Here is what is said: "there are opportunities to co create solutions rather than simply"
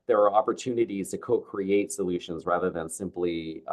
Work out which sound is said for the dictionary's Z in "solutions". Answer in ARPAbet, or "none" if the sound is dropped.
Z